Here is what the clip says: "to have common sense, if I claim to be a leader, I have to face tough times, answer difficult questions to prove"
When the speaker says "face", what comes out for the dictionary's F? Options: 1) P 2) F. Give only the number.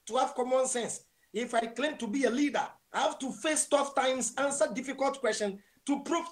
2